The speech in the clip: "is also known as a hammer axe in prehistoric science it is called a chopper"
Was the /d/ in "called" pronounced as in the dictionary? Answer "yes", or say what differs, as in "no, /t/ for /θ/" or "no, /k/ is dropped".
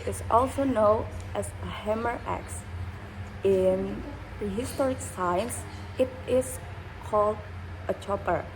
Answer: yes